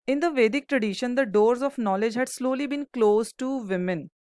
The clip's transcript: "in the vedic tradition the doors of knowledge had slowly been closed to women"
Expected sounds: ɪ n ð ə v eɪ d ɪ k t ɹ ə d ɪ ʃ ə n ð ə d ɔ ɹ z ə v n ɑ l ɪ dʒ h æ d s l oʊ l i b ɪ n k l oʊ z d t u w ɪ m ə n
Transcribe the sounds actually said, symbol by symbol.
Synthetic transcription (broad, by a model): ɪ n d ə v eɪ d ɪ k t ɹ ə d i ʃ ə n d ə d ɔ ɹ z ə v n ɑ l ɪ dʒ h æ d s l oʊ l i b ɪ n k l oʊ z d t u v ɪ m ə n